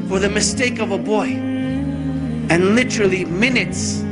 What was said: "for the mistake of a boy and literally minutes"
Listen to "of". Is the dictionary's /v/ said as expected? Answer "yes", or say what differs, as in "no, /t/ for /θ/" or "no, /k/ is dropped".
yes